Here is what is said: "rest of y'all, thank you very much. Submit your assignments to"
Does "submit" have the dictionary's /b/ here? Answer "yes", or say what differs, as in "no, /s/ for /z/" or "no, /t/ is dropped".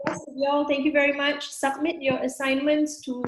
yes